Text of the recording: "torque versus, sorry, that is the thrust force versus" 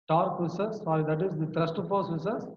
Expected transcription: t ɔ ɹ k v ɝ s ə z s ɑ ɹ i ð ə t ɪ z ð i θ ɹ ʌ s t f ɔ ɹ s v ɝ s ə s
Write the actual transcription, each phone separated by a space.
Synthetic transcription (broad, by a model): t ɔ ɹ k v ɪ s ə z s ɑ ɹ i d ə t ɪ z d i t ɹ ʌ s t p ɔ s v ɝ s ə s